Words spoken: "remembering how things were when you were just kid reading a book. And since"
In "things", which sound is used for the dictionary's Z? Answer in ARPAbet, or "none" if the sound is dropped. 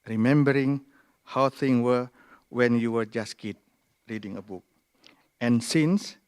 none